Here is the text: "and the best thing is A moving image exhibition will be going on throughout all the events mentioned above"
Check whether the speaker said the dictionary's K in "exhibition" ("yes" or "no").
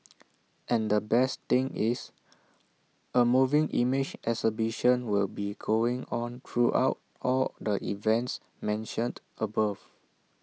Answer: no